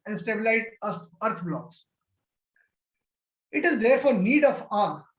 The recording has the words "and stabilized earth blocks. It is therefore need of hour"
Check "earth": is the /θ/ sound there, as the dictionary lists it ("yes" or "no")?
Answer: no